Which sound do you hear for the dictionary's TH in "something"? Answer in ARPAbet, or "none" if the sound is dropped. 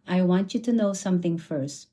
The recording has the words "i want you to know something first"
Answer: TH